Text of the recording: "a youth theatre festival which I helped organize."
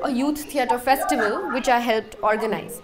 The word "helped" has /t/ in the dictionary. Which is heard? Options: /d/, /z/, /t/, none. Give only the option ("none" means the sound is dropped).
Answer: /t/